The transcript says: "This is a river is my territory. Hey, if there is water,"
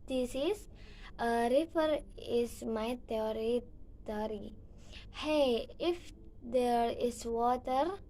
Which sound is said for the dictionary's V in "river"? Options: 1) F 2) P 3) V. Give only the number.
1